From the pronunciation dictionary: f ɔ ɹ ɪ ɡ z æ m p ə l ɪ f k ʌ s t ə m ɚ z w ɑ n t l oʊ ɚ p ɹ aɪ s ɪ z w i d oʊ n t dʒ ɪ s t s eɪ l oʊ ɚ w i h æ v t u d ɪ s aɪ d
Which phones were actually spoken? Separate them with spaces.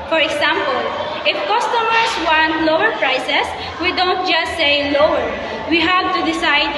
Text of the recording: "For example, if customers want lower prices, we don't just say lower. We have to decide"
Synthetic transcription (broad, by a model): f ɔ ɹ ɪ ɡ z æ m p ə l ɪ f k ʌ s t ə m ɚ s w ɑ n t l oʊ ɚ p ɹ aɪ s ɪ s w i d oʊ n t dʒ ɪ s t s eɪ l oʊ ɚ w i h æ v t u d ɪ s aɪ d